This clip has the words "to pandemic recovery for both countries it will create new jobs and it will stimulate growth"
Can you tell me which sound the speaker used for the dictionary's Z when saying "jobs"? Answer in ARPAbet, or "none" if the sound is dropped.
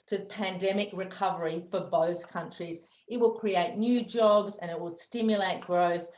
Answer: Z